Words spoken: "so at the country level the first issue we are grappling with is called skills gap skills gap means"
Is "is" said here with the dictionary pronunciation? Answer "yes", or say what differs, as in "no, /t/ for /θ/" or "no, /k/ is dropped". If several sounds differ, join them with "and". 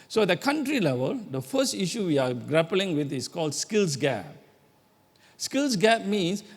no, /s/ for /z/